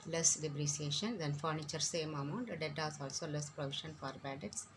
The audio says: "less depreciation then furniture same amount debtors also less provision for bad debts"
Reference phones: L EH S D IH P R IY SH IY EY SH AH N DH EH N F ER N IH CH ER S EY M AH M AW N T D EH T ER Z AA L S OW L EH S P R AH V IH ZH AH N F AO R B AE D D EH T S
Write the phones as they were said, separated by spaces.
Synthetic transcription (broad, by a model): L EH S D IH B R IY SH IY EY SH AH N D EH N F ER N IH CH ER S EY M AH M AW N T D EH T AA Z AA L S OW L EH S P R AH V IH SH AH N F AO R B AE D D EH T S